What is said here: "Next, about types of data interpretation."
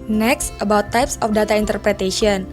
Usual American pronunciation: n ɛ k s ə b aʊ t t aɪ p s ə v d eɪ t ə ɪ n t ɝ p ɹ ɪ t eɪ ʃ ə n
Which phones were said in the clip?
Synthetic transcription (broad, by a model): n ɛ k s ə b aʊ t t aɪ p s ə f d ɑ t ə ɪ n t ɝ p ɹ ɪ t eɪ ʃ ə n